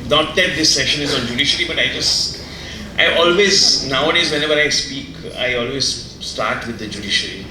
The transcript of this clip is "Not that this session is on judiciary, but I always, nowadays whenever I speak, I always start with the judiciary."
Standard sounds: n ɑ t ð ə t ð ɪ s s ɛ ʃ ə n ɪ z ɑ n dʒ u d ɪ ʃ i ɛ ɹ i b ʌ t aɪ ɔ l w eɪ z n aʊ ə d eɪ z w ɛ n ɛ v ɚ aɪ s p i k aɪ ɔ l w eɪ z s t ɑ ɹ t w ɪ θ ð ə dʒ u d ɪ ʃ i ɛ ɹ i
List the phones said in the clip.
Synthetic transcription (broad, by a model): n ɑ t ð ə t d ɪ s s ɛ ʃ ə n ɪ z ɑ n dʒ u d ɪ ʃ i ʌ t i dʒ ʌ t aɪ ɔ l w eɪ z n aʊ ə d eɪ z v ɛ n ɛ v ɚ aɪ s p i k aɪ ɔ l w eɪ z s t ɑ ɹ t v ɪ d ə dʒ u d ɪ ʃ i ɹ i